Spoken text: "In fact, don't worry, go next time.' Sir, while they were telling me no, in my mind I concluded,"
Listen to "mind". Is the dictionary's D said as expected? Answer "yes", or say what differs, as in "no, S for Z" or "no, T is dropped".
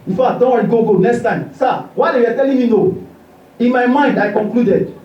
yes